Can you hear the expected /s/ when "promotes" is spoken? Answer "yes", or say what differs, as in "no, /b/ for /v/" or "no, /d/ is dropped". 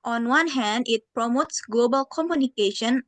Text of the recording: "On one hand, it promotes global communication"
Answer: yes